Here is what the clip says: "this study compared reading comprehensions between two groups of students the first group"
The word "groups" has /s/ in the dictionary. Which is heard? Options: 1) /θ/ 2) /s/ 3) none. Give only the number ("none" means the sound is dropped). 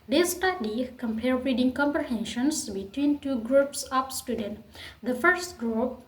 2